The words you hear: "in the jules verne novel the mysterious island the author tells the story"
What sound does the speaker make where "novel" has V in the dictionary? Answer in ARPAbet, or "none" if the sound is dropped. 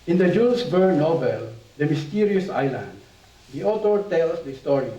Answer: B